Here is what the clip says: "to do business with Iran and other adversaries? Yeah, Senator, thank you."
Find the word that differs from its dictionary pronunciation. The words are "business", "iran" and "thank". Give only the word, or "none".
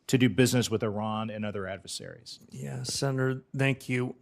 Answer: none